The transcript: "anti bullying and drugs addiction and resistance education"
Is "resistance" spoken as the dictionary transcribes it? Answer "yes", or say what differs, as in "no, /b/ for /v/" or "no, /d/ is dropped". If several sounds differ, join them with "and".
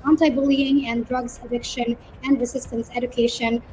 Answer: no, /s/ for /z/